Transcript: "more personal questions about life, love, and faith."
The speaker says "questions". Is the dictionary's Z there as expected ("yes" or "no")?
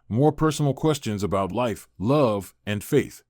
yes